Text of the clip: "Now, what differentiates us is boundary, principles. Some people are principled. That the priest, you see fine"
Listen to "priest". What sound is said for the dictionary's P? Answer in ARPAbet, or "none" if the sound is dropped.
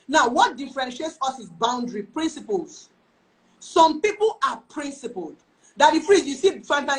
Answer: F